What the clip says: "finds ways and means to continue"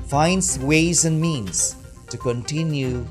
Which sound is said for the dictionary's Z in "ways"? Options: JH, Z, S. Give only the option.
Z